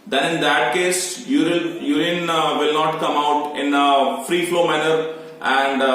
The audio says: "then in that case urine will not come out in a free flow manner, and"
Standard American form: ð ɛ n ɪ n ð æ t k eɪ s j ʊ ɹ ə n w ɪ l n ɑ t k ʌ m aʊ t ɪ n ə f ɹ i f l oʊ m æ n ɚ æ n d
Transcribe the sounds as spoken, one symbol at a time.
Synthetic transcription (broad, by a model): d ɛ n ɪ n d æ t k eɪ s j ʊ l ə n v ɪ l n ɑ t k ʌ m aʊ t ɪ n ə f ɹ i f l oʊ m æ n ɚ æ n d